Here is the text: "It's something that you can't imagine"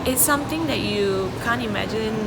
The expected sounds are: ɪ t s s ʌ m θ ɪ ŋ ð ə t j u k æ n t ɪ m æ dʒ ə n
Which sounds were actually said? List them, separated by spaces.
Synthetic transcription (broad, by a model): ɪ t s s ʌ m t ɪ ŋ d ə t j u k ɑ n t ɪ m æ dʒ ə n